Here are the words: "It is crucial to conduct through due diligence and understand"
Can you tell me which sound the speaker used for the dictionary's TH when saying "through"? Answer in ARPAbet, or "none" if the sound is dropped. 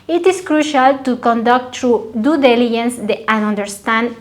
T